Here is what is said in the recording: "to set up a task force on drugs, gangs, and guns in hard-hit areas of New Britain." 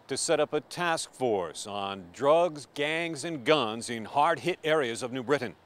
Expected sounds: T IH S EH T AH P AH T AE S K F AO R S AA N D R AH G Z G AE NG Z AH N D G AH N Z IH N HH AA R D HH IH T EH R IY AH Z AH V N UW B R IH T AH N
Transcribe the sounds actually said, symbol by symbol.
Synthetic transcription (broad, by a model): T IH S EH T AH P AH T AE S K F AO R S N D R AH G Z G AE NG Z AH N G AH N Z IH N HH AA R D HH IH T EH R IY AH Z AH V N UW B R IH T N